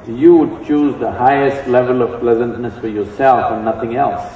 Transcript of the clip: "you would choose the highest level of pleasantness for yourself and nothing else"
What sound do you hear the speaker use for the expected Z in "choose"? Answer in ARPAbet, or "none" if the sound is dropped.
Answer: Z